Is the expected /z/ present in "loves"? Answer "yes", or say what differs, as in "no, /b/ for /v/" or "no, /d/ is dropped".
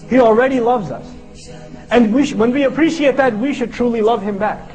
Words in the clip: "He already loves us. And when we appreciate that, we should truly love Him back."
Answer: yes